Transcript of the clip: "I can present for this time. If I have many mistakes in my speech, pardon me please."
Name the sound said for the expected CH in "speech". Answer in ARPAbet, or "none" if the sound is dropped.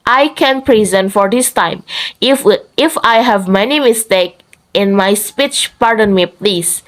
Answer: CH